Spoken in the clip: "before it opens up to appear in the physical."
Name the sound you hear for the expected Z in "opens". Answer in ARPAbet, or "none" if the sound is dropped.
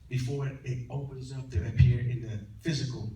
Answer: Z